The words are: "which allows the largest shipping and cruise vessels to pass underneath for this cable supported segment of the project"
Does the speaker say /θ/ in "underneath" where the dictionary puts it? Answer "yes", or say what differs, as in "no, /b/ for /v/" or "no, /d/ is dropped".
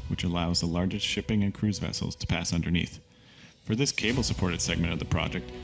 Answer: yes